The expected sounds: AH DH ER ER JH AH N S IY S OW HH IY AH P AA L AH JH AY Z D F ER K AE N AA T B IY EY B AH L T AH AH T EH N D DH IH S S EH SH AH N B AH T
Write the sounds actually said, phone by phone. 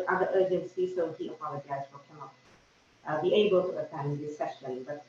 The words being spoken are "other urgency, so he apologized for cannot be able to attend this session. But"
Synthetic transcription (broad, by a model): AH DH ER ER JH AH N S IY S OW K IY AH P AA N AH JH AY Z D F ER K AE N AA T B IY EY B AH L T AH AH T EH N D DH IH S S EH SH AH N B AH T